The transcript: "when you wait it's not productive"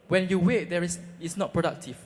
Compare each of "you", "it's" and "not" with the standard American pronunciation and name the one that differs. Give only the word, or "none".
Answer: it's